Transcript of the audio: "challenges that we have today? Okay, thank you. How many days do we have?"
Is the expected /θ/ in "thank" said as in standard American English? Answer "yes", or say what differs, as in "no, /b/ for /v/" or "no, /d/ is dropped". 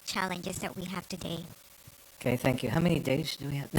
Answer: yes